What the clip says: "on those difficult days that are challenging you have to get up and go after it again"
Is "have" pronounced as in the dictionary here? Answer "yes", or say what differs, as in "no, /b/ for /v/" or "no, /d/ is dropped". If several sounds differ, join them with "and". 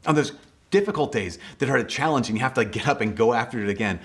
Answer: no, /f/ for /v/